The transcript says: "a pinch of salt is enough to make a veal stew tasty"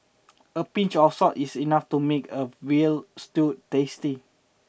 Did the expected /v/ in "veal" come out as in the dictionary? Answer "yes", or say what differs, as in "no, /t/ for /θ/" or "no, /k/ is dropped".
no, /w/ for /v/